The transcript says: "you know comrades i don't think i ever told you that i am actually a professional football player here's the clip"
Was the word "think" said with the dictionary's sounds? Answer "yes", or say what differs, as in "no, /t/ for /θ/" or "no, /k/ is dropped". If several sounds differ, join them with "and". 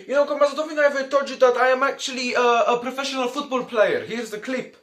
no, /k/ is dropped